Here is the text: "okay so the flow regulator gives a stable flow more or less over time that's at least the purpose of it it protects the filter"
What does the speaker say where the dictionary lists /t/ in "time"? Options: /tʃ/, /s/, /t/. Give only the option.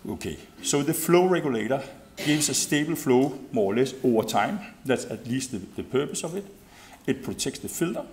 /s/